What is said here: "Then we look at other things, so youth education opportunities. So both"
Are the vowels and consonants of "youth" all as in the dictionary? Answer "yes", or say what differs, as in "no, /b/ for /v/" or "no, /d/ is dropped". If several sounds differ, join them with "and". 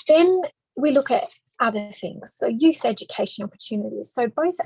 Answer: yes